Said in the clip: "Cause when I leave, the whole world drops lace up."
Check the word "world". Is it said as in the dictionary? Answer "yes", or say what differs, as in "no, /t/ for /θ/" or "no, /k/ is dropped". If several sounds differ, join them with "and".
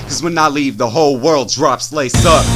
yes